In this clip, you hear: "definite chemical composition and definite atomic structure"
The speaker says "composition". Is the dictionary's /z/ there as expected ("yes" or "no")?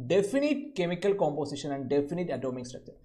no